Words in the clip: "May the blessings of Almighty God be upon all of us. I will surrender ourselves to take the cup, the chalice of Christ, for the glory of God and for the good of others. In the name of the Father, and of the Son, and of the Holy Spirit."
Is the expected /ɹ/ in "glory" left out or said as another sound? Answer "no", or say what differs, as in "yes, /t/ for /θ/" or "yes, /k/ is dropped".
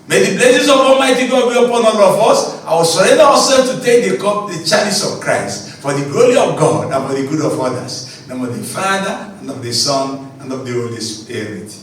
no